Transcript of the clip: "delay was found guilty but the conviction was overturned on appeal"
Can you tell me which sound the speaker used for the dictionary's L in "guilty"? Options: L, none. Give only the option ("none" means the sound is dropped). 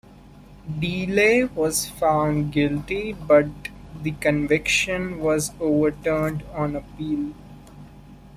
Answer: L